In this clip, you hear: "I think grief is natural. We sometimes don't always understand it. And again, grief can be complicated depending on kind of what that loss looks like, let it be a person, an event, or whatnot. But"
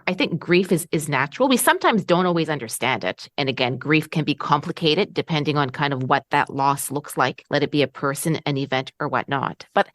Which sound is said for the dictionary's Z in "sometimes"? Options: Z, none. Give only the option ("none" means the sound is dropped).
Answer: Z